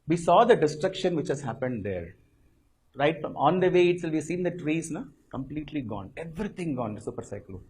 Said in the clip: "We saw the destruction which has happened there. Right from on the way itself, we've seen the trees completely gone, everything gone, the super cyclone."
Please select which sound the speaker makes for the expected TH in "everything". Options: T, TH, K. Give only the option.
T